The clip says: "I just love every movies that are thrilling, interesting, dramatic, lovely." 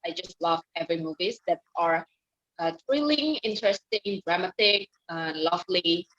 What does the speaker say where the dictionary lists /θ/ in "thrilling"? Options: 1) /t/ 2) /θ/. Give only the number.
1